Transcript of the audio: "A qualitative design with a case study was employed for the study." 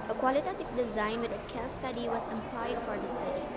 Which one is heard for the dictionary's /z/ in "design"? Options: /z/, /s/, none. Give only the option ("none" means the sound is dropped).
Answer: /z/